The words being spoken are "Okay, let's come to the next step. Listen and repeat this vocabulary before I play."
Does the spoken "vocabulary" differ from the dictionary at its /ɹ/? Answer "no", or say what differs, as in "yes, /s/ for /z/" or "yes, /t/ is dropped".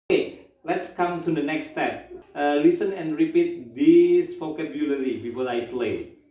yes, /l/ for /ɹ/